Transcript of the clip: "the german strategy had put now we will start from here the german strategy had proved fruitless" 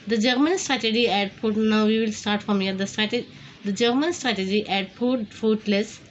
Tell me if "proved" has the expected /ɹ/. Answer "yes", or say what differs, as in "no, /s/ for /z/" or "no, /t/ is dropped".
no, /ɹ/ is dropped